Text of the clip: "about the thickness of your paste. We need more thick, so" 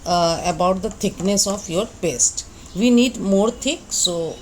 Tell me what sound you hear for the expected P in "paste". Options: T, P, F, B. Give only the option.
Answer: B